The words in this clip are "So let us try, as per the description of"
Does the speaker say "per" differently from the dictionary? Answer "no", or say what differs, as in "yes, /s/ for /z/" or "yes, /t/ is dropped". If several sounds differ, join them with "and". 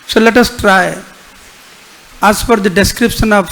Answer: yes, /f/ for /p/